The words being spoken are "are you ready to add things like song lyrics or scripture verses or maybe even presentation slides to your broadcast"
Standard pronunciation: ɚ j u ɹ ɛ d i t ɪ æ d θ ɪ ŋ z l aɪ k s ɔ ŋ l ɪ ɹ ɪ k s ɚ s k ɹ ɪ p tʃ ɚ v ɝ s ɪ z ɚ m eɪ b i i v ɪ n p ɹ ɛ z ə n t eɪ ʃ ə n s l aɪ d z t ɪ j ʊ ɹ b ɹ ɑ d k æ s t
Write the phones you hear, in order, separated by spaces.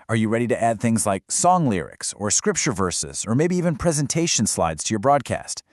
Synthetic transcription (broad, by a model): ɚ j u ɹ ɛ d i t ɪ æ d θ ɪ ŋ z l aɪ k s ɔ ŋ l ɪ ɹ ɪ k s ɚ s k ɹ ɪ p tʃ ɚ v ɝ s ɪ z ɚ m eɪ b i i v ɪ n p ɹ ɛ z ə n t eɪ ʃ ə n s l aɪ d z t ɪ j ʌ ɹ b ɹ ɑ d k æ s t